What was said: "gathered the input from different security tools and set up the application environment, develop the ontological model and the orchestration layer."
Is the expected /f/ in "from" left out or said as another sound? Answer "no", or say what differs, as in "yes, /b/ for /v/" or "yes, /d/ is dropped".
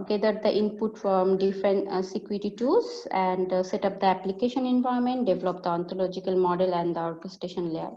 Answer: no